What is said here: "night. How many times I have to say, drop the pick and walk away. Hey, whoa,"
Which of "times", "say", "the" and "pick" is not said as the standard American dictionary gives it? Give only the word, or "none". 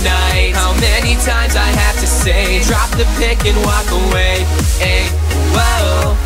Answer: none